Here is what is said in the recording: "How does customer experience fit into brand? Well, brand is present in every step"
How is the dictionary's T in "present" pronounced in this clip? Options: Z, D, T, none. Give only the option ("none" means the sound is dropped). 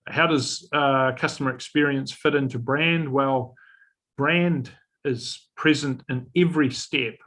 T